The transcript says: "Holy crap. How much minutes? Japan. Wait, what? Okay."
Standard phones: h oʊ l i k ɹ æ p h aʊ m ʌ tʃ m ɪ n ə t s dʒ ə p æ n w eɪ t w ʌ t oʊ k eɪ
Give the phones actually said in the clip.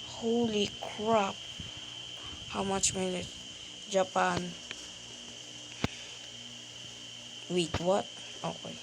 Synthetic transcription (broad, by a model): h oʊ l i k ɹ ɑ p h aʊ m ʌ tʃ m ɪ l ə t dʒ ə p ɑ n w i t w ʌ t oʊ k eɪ